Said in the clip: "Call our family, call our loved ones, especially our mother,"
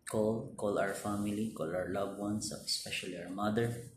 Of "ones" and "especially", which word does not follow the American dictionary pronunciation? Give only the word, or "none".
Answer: ones